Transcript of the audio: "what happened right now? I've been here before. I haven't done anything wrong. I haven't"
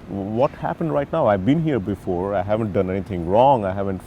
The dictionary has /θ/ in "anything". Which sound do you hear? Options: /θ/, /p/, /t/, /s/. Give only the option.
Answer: /t/